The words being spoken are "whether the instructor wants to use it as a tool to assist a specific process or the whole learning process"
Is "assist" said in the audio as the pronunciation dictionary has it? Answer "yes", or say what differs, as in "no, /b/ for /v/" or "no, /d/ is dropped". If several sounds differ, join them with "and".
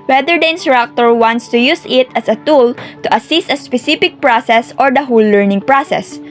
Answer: yes